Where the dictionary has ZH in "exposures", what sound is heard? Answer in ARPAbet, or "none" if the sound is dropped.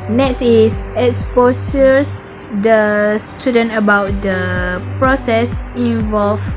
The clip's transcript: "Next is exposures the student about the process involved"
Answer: S